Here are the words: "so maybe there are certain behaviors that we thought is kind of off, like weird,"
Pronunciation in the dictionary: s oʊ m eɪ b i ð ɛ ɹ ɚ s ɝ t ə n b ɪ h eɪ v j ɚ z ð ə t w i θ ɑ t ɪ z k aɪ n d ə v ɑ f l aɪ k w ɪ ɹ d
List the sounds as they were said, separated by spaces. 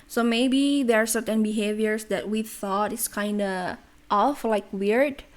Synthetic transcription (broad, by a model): s oʊ m eɪ b i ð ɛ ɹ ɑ s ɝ t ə n b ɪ h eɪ v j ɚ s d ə t w i θ ɑ t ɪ s k aɪ n d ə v ɑ f l aɪ k w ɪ ɹ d